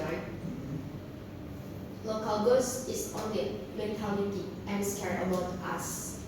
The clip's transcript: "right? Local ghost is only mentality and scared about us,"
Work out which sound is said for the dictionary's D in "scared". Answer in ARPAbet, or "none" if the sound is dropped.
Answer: none